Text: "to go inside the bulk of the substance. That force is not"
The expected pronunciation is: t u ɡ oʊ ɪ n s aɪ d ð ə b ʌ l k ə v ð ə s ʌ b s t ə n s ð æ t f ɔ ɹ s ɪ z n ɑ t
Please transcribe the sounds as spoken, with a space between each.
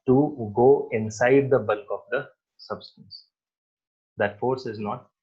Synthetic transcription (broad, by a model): t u ɡ oʊ ɪ n s aɪ d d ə b ʌ l k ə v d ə s ʌ b s t ə n s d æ t f ɔ ɹ s ɪ z n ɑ t